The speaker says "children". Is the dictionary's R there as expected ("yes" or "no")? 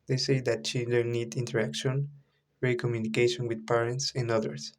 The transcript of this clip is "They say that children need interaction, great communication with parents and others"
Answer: no